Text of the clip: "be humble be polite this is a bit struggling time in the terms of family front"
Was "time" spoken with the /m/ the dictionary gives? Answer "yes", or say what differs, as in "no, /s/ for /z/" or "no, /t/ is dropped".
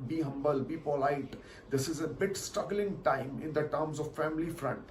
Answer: yes